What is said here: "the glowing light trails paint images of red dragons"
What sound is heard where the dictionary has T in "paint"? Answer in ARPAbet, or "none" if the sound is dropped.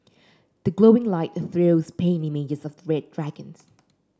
none